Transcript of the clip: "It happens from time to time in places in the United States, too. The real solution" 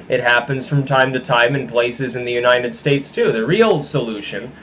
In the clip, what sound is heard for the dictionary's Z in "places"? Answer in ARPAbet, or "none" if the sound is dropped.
Z